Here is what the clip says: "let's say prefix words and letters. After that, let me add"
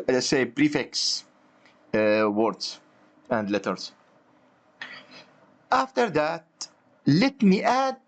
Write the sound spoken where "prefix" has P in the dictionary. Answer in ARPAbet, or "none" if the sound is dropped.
B